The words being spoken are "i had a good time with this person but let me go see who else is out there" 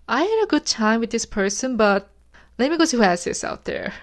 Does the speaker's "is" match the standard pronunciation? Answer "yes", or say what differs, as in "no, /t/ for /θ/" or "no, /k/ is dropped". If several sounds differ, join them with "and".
no, /s/ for /z/